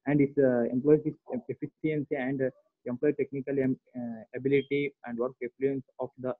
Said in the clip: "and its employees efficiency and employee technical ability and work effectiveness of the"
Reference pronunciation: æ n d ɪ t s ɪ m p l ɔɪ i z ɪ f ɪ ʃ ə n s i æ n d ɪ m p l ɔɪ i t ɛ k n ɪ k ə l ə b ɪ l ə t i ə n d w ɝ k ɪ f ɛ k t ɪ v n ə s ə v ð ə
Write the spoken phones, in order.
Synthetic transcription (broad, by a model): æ n d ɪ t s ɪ m p l ɔɪ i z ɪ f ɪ s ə n s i æ n d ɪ m p l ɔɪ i t ɛ k n ɪ k ə l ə b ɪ l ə t i ə n d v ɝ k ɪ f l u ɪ n s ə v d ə